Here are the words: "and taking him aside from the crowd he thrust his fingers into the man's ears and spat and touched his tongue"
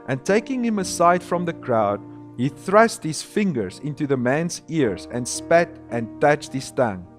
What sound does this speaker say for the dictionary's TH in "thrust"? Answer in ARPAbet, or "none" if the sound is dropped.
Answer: TH